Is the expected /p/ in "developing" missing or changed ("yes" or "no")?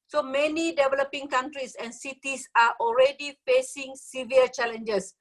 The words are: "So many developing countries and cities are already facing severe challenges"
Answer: no